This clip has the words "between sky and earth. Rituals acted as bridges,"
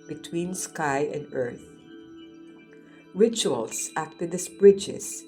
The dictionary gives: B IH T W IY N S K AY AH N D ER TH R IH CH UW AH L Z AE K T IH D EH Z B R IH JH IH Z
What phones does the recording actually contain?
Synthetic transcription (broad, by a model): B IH T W IY N S K AY AH N D ER TH R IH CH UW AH L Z AE K T IH D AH S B R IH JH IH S